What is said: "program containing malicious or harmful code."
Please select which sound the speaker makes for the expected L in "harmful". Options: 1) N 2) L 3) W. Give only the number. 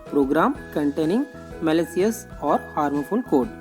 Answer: 1